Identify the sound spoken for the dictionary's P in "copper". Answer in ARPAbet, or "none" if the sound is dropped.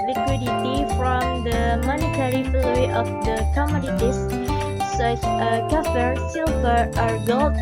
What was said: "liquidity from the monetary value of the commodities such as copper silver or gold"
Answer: F